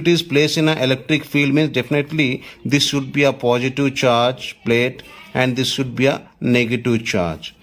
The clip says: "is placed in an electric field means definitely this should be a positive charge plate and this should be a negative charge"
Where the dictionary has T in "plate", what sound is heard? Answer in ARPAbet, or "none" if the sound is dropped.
T